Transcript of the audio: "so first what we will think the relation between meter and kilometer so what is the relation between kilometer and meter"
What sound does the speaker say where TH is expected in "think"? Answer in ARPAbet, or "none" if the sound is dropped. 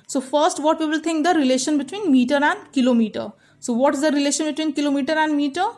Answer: T